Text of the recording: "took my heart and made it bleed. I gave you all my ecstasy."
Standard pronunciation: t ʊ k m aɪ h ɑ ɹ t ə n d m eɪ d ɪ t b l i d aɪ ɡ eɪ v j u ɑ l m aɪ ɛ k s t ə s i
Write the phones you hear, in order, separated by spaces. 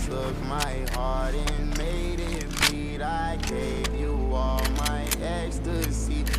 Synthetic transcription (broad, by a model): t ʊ k m aɪ h ɑ ɹ t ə n m eɪ d ɪ t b i d aɪ ɡ eɪ v j u ɑ l m aɪ ɛ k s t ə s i